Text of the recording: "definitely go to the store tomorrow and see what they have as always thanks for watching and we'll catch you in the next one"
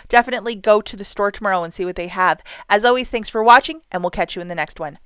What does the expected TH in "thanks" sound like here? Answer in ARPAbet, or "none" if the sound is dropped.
TH